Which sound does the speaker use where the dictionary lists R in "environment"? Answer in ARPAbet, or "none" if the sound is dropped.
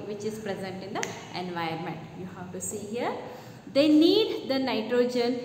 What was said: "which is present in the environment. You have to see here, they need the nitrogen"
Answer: none